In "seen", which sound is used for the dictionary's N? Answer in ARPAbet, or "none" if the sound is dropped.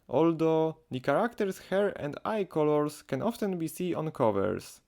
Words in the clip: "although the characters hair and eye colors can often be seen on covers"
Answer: none